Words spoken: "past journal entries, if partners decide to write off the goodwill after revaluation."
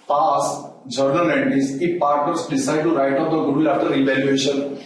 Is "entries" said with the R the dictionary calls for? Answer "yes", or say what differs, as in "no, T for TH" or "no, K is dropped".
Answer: no, R is dropped